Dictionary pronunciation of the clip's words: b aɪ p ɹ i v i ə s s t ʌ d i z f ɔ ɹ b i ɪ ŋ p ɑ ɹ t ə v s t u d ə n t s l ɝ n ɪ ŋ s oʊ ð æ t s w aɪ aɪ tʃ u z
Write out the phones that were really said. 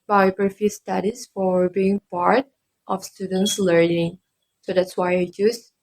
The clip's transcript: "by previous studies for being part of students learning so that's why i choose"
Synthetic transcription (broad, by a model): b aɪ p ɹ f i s s t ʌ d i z f ɔ ɹ b i ɪ ŋ p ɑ ɹ t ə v s t u d ə n t s l ɝ n ɪ ŋ s oʊ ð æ t s w aɪ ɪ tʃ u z